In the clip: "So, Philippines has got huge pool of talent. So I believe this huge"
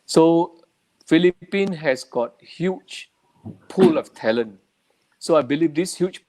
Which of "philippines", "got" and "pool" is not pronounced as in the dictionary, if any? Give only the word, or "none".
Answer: philippines